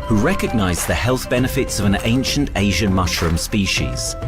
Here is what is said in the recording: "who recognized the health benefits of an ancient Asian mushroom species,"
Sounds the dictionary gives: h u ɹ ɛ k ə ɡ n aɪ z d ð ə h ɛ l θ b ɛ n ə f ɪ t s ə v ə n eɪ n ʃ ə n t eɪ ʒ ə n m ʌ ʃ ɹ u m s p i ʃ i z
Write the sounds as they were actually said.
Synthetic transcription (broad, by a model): h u ɹ ɛ k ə ɡ n aɪ z ð ə h ɛ l θ b ɛ n ə f ɪ t s ə v ə n eɪ n ʃ ə n t eɪ ʒ ə n m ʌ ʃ ɹ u m s p i ʃ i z